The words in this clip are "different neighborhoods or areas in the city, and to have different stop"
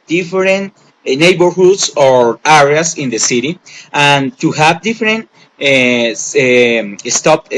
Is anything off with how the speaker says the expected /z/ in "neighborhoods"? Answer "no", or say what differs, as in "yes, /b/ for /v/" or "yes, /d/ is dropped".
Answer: yes, /s/ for /z/